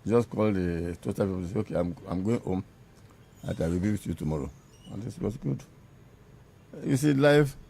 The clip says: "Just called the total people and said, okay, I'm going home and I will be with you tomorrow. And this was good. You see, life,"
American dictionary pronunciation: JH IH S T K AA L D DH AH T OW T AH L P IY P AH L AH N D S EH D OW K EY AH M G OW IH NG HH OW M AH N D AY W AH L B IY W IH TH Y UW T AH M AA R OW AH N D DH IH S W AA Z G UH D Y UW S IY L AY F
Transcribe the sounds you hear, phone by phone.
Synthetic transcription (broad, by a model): JH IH S K AA L D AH T OW T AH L P IY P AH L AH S EH OW K EY AH M G OW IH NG HH OW M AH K AY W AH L B IY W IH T Y UW T AH M AA R OW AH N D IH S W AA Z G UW D Y UW S IY L AY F